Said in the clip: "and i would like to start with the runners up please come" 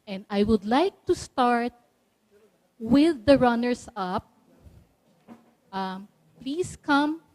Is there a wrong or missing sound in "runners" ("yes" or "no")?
yes